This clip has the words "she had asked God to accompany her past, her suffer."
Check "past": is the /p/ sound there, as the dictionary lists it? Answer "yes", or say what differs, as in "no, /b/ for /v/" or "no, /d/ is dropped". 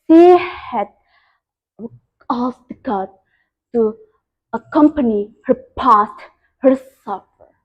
yes